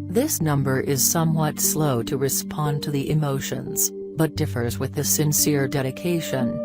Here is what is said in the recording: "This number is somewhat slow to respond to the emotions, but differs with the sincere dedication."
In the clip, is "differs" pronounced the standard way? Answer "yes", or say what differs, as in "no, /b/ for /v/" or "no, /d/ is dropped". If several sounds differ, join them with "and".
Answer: yes